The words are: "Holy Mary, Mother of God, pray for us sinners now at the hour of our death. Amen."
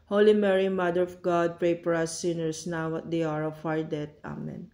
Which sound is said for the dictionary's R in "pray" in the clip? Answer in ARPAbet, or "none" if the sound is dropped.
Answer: R